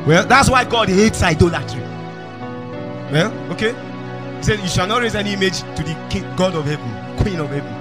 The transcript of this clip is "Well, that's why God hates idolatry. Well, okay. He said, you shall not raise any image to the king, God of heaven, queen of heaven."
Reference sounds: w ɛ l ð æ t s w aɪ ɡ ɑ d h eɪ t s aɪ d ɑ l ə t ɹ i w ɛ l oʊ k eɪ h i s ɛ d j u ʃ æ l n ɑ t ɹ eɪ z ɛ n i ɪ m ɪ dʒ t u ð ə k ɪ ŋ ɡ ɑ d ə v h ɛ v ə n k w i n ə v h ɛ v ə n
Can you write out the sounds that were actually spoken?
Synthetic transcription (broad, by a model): w ɛ l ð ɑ t s w aɪ ɡ ɑ d h eɪ t s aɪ d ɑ l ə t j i w ɛ l oʊ k eɪ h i s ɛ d j u ʃ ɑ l n ɑ t ɹ eɪ z ɛ n i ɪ m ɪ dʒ t u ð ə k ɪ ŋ ɡ ɑ d ə v h ɛ v ə n k w i n ə v h ɛ v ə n